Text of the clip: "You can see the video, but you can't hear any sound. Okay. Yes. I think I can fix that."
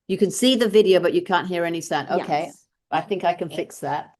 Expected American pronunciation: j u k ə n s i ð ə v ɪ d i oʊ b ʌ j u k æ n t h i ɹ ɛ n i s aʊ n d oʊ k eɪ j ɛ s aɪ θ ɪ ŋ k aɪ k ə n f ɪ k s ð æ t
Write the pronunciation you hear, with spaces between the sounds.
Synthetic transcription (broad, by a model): j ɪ k ə n s i ð ə v ɪ d i oʊ b ʌ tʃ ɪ k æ n t h i ɹ ɛ n i s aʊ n oʊ k eɪ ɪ aɪ θ ɪ ŋ k aɪ k ə n f ɪ k s ð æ t